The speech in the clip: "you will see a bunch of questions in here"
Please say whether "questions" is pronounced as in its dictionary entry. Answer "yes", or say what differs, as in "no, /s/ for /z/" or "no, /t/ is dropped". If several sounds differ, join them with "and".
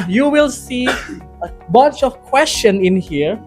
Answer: no, /z/ is dropped